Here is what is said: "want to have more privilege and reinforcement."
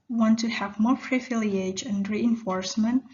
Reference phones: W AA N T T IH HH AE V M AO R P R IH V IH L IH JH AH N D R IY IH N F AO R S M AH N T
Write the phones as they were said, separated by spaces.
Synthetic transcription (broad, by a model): W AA N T T IH HH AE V M AO R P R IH F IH L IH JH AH N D R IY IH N F AO R S M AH N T